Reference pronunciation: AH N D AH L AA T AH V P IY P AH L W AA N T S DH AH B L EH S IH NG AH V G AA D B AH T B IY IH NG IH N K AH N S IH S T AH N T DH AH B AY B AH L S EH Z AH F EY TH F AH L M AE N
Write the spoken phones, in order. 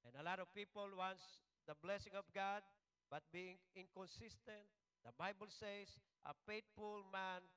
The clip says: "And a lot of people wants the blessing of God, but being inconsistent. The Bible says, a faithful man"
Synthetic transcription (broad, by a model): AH N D AH L AA T AH V P IY P AH L W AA N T S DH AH B L EH S IH NG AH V G AA D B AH T B IY IH NG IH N K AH N S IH S T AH N T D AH B AY B AH L S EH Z AH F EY T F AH L M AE N